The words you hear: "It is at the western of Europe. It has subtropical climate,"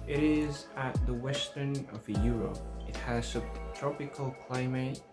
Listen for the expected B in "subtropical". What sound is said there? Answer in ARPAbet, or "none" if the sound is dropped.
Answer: none